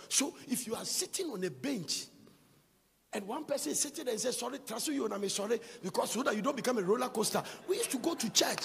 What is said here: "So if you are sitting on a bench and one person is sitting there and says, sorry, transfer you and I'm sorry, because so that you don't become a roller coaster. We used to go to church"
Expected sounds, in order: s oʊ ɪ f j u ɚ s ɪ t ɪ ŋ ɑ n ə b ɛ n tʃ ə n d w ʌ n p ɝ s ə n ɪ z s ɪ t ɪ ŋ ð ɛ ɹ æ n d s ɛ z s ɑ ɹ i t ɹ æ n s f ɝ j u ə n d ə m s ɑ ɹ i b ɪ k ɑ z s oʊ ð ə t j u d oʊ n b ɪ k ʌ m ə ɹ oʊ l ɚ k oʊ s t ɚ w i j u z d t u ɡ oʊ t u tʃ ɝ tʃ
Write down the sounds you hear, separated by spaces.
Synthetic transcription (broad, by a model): s oʊ ɪ f j u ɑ s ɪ t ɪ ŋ ɑ n ə b ɛ n tʃ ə n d w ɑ n p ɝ s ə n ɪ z s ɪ t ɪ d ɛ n s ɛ s ɑ ɹ i t ɹ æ s ɝ j u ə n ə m s ɑ ɹ i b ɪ k ɑ s oʊ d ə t j u d oʊ n b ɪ k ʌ m ə ɹ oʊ l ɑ k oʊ s t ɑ w i j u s t u ɡ oʊ t u tʃ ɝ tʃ